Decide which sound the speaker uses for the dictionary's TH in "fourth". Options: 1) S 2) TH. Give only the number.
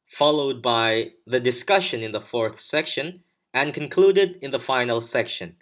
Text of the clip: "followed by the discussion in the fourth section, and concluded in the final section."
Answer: 2